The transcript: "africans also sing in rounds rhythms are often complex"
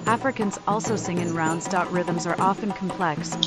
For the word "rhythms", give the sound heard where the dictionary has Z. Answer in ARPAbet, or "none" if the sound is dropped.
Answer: Z